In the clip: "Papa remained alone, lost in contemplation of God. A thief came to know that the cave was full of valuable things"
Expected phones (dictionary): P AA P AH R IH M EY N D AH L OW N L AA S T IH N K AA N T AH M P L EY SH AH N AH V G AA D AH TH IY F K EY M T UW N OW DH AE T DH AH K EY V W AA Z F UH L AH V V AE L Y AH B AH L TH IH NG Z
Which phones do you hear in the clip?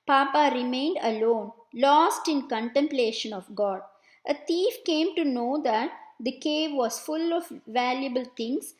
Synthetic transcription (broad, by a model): P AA P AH R IH M EY N D AH L OW N L AA S T IH N K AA N T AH M P L EY SH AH N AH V G AA D AH T IY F K EY M T UW N OW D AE T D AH K EY V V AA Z F UH L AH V V AE L Y AH B AH L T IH NG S